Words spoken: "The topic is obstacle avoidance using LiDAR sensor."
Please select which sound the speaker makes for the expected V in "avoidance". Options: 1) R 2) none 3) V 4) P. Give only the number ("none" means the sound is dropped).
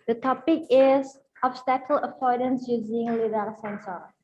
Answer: 4